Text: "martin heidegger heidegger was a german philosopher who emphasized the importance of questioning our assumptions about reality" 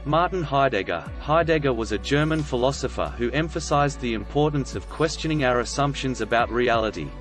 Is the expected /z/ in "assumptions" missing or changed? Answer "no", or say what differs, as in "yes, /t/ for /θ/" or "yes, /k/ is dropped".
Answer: no